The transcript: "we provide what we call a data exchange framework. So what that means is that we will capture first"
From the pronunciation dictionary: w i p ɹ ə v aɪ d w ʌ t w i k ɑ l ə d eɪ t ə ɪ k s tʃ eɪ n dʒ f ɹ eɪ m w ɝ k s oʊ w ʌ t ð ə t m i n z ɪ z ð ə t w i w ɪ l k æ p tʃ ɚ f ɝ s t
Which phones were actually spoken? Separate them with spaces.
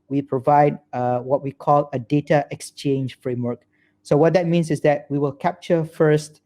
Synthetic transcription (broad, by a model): w i p ɹ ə v aɪ d w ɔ t w i k ɑ l ə d eɪ t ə ɪ k s tʃ eɪ n dʒ f ɹ eɪ m w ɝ k s oʊ w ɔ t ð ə t m i n s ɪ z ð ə t w i w ɪ l k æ p tʃ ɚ f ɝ s t